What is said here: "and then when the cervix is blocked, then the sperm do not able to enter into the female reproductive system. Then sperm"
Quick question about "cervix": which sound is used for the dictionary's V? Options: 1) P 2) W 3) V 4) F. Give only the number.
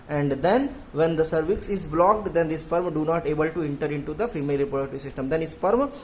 3